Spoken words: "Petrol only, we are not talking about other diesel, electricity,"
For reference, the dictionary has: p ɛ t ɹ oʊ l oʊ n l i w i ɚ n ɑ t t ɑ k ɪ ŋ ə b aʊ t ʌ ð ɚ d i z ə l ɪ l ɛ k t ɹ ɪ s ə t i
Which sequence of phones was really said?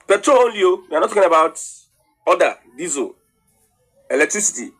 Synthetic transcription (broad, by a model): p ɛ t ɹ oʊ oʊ l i w i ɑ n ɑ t t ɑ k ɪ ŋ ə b aʊ t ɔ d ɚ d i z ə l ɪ l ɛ k t ɹ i s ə t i